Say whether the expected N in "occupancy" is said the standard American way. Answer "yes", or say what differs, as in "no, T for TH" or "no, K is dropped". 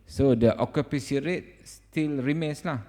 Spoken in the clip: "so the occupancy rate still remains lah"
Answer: no, N is dropped